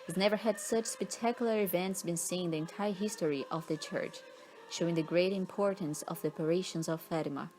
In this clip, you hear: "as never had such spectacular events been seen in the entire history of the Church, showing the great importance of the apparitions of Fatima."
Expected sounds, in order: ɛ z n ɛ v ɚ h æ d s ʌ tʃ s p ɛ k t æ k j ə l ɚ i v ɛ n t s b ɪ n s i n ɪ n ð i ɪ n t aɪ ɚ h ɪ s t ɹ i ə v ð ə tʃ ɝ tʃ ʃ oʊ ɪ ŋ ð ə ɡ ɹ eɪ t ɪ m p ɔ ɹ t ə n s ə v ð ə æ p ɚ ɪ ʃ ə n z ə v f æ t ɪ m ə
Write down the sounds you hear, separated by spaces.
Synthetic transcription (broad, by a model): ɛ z n ɛ v ɚ h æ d s ʌ tʃ s p ɛ k t æ k j ə l ɚ i v ɛ n t s b ɪ n s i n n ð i ɪ n t aɪ ɚ h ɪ s t ɹ i ə v ð ə tʃ ɝ tʃ ʃ oʊ ɪ ŋ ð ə ɡ ɹ eɪ t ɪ m p ɔ ɹ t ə n s ə v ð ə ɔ p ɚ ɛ ʃ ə n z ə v f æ t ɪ m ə